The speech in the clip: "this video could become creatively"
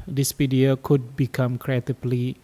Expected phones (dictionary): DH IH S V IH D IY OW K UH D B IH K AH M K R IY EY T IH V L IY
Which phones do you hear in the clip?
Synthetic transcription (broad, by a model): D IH S P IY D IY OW K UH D B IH K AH M K R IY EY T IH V L IY